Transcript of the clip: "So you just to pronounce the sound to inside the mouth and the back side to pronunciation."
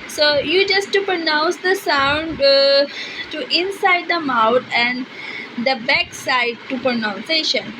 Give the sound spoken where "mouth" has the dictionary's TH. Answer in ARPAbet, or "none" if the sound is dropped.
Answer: T